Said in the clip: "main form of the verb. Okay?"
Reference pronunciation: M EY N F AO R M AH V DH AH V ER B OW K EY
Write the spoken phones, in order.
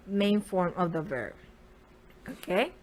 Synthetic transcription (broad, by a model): M EY N F AO R M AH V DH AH V ER B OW K EY